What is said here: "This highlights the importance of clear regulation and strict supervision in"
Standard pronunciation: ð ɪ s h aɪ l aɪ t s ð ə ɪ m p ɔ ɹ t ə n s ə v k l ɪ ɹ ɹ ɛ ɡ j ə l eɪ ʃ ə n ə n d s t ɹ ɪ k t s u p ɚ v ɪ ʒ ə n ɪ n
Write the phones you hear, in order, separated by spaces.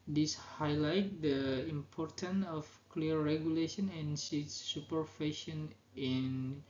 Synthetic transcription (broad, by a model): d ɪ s h aɪ l aɪ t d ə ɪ m p ɔ ɹ t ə n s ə f k l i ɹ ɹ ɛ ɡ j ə l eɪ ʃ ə n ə n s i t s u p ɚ f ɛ ʃ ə n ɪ n